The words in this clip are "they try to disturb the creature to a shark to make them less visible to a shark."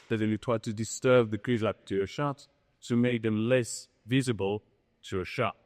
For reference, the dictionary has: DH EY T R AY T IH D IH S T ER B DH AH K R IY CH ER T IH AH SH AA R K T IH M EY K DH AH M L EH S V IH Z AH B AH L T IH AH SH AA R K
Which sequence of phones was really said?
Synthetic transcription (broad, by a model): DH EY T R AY T IH D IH S T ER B DH AH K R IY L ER T IH AH SH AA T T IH M EY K DH AH M L EH S V IH Z AH B AH L T IH AH SH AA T